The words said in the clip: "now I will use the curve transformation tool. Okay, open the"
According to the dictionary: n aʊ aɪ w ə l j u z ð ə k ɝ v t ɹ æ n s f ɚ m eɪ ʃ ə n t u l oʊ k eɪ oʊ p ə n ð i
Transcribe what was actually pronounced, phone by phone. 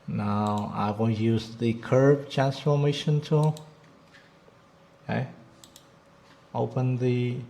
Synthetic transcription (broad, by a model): n aʊ aɪ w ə n j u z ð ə k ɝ b t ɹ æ n s f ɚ m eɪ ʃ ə n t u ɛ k oʊ p ə n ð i